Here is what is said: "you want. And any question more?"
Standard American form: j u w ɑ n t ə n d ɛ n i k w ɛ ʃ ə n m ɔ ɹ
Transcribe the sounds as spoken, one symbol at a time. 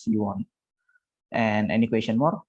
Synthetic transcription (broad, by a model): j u w ɑ n t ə n ɛ n i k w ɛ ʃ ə n m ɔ ɹ